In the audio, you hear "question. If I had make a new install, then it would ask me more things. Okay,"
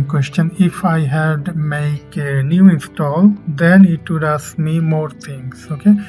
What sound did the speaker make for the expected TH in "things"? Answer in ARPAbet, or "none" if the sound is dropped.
T